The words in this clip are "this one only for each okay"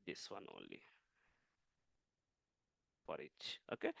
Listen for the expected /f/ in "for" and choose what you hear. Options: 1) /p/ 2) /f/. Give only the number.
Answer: 1